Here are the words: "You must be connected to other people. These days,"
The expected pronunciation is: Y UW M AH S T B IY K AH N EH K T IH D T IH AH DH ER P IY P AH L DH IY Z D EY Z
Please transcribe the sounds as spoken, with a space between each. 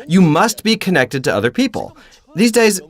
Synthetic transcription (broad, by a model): Y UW M AH S T B IY K AH N EH K T IH D T IH AH DH ER P IY P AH L DH IY Z D EY Z